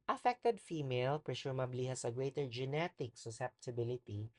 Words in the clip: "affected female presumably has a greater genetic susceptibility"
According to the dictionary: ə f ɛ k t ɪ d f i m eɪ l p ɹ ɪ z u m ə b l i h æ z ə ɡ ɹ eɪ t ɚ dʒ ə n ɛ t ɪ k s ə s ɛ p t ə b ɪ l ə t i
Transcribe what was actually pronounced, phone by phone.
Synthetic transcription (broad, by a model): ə f ɛ k t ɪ d f i m eɪ l p ɹ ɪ s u m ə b l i h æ s ə ɡ ɹ eɪ t ɚ dʒ ə n ɛ t ɪ k s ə s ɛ p t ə b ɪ l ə t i